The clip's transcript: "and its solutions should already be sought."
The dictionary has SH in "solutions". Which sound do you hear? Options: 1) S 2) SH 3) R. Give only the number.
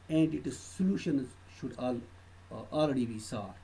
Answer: 2